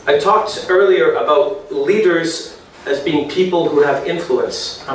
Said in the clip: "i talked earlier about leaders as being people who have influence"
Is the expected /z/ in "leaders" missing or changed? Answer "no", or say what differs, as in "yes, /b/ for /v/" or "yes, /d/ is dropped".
no